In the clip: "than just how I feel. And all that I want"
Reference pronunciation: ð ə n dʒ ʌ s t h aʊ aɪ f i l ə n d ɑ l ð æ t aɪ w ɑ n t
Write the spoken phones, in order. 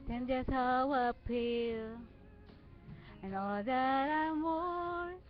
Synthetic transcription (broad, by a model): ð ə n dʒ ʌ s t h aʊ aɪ p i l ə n ɑ l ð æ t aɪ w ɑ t